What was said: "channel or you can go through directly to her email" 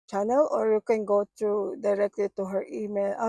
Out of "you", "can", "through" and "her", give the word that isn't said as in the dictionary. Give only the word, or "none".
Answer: through